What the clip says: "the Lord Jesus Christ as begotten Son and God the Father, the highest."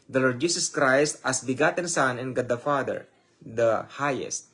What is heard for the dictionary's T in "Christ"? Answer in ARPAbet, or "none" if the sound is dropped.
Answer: T